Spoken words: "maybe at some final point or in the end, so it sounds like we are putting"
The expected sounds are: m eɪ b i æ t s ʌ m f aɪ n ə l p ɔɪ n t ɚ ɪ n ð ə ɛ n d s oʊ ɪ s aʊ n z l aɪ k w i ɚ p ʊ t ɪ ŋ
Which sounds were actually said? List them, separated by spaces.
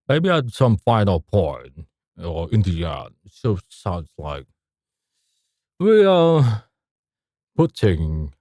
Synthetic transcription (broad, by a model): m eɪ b i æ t s ʌ m f aɪ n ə l p ɔɪ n ɚ ɪ n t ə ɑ d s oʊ ɪ s aʊ n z l aɪ k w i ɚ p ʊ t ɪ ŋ